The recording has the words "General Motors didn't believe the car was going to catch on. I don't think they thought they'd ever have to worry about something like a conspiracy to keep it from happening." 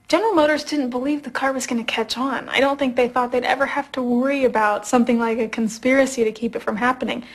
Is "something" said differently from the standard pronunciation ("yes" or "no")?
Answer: no